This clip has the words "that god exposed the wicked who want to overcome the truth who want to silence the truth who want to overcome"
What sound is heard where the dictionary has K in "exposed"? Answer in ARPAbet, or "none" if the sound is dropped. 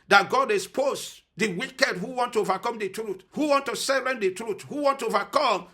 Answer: none